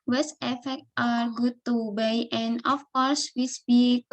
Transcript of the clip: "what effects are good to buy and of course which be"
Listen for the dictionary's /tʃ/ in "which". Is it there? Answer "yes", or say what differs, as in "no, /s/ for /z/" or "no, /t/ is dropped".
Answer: no, /s/ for /tʃ/